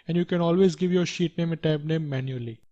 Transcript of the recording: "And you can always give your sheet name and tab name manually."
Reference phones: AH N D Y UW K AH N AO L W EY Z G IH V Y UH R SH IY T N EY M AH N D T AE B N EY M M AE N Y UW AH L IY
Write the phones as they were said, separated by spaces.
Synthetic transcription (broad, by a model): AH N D Y UW K AH N AO L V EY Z G IH V Y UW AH SH IY T N EY M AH T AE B N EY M M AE N Y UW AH L IY